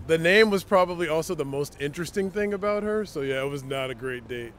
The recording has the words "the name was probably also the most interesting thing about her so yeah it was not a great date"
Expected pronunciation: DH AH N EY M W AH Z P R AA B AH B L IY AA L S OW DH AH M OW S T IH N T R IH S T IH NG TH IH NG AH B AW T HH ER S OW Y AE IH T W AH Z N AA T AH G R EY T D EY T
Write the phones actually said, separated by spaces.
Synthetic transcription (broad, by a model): DH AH N EY M W AH Z P R AA B AH B L IY AA L S OW DH AH M OW S T IH N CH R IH S T IH NG TH IH NG AH B AW T HH ER S OW Y AE IH T W AH Z N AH T AH G R EY T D EY T